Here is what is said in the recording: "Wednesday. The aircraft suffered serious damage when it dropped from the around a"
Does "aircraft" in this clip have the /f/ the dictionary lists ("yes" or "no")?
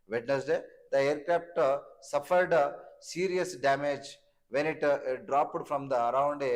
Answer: no